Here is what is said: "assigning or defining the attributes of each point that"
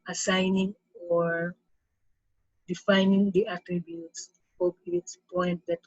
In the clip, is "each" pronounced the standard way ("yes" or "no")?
no